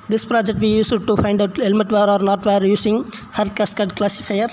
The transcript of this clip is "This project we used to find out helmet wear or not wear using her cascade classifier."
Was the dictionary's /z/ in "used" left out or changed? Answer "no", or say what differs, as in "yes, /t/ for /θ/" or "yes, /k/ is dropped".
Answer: yes, /s/ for /z/